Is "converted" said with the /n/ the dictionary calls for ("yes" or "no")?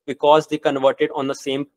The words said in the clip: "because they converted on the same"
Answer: yes